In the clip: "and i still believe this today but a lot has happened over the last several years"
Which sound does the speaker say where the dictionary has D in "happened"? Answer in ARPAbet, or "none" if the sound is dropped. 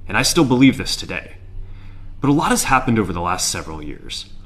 D